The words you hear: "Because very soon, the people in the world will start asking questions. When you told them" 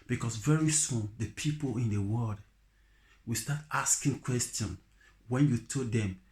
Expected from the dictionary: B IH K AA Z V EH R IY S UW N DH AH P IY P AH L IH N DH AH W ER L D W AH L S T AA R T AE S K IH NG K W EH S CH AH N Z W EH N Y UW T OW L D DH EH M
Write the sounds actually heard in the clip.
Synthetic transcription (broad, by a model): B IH K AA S V EH R IY S UW N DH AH P IY P AH L IH N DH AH W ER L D W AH S T AA T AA S K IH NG K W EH S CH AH N W EH N Y UW T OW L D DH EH M